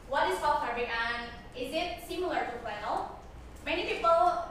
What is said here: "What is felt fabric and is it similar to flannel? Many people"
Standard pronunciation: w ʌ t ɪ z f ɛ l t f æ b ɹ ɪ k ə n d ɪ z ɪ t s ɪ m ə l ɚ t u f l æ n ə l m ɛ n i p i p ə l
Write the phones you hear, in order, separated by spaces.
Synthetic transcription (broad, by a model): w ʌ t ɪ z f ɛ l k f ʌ ɹ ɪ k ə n ɪ z ɪ t s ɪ m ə l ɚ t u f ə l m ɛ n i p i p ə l